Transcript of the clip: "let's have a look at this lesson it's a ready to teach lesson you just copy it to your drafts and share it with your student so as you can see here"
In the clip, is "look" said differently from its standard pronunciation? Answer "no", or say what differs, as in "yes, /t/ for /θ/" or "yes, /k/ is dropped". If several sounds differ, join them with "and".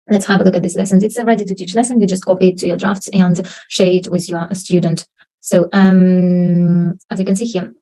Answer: no